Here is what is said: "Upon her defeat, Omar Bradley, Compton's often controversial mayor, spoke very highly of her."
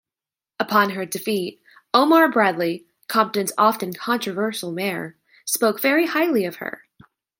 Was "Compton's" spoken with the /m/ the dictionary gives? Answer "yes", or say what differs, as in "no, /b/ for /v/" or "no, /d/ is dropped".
yes